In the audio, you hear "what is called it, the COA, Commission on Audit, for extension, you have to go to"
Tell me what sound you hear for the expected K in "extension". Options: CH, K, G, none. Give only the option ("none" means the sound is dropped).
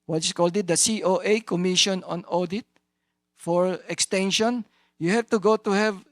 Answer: K